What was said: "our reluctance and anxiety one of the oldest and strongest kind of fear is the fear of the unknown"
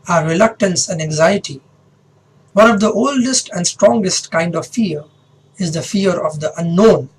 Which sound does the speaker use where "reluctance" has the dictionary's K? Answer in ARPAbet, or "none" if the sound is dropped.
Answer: K